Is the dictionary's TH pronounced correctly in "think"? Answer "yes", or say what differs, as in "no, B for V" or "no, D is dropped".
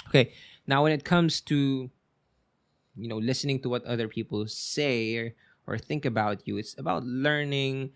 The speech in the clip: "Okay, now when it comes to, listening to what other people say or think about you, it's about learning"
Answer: yes